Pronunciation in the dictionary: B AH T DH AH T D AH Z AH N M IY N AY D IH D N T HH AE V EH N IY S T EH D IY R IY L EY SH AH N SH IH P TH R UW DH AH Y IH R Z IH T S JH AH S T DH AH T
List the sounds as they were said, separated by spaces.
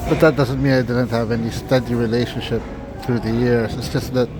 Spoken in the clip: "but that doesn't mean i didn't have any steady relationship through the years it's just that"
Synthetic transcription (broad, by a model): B AH T DH AH T D AH Z AH N M IY N AY D IH D N T HH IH V EH N IY S T EH D IY R IY L EY SH AH N SH IH P TH R UW DH AH Y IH R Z IH T S JH AH S T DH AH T